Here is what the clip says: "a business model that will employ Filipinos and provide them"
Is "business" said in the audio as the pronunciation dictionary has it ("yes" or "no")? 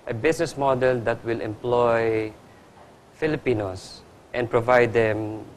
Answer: no